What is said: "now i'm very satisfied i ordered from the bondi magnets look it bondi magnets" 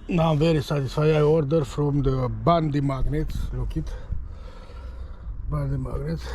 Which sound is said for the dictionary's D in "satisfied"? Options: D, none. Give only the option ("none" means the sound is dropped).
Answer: none